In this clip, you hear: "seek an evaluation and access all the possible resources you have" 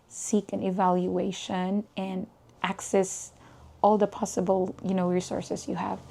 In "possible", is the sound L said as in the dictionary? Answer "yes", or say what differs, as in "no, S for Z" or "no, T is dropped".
no, N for L